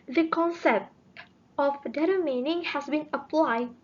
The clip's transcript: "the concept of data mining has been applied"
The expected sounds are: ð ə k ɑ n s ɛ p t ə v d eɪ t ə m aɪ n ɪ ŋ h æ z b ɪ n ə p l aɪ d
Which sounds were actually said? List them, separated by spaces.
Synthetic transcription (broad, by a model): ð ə k ɑ n s ɛ p t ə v d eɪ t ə m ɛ n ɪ ŋ h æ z b ɪ n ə p l aɪ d